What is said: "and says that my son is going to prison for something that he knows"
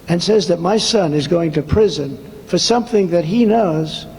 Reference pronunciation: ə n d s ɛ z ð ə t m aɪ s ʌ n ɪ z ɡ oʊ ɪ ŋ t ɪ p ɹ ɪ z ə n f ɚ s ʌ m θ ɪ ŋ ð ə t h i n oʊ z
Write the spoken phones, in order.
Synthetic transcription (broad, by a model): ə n s ɛ z ð ə t m aɪ s ʌ n ɪ z ɡ oʊ ɪ ŋ t ɪ p ɹ ɪ z ə n f ɚ s ʌ m θ ɪ ŋ ð ə t h i n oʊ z